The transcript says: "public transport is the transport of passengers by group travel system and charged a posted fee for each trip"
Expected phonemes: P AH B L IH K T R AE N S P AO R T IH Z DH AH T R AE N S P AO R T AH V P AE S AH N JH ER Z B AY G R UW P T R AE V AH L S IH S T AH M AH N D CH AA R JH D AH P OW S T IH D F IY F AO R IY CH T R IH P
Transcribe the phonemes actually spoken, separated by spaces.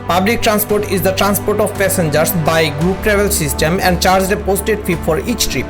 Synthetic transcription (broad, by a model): P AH B L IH K T R AE N S P AO R T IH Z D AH T R AE N S P AO R T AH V P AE S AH N JH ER S B AY G R UW P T R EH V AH L S IH S T AH M AH N D CH AA R JH D AH P OW S T IH D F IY F AO R IY CH T R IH P